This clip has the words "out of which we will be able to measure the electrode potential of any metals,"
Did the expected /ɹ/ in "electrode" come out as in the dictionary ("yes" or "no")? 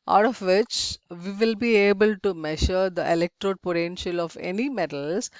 yes